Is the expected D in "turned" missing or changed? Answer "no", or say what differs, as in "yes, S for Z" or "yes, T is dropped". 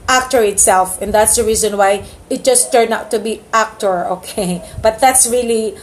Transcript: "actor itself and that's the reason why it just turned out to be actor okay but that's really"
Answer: yes, D is dropped